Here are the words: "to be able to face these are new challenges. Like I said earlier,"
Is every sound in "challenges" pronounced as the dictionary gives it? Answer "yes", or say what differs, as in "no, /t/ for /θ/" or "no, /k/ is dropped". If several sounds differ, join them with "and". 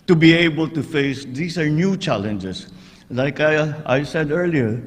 no, /s/ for /z/